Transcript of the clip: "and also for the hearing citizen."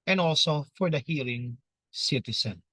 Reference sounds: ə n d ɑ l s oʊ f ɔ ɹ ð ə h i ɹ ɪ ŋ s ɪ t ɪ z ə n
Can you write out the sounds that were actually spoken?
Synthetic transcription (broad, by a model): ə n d ɑ l s oʊ f ɔ ɹ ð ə h i l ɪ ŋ s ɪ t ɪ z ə n